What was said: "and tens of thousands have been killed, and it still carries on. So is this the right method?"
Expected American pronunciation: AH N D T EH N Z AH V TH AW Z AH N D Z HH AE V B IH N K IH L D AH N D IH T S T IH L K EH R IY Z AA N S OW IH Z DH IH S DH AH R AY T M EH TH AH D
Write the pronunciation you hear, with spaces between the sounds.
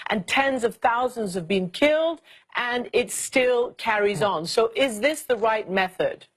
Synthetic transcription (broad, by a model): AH N T EH N Z AH V TH AW Z AH N D Z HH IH V B IH N K IH L D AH N IH T S T IH L K EH R IY Z N S OW IH Z DH IH S DH AH R AY T M EH TH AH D